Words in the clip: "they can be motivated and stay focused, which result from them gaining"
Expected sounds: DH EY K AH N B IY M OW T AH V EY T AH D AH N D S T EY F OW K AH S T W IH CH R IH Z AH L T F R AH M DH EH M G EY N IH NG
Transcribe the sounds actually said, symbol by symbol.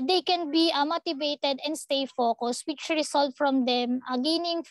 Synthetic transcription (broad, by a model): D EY K AH N B IY M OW T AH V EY T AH D AH N D S T EY F OW K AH S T W IH CH R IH S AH L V F R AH M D EH M G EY N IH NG